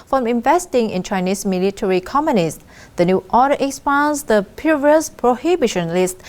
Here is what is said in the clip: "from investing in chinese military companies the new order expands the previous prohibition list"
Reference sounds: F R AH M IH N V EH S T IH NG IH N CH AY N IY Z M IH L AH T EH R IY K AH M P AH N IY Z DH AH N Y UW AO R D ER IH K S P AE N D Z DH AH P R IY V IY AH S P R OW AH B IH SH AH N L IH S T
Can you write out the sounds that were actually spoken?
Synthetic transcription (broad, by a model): F R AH M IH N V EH S T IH NG IH N CH AY N IY S M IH L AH T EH R IY K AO M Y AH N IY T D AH N Y UW AO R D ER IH K S P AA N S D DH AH P UW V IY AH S P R OW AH B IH SH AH N L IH S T